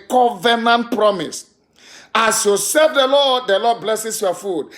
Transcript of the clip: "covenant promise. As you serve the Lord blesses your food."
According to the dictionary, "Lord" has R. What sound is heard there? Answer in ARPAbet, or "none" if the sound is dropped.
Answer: L